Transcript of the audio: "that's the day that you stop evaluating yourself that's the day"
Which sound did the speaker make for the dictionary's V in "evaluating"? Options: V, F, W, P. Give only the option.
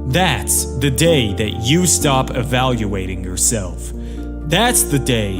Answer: V